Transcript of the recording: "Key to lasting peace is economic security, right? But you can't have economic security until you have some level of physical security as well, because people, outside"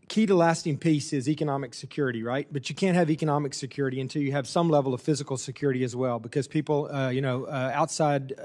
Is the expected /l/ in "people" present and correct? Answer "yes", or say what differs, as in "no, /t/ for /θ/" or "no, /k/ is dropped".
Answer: no, /n/ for /l/